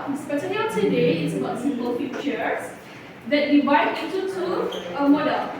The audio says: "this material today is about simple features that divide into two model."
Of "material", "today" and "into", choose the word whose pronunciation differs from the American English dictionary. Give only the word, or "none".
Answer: material